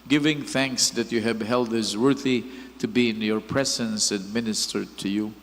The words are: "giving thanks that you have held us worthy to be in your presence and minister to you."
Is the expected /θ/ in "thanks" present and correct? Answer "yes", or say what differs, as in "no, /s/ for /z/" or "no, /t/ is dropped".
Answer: yes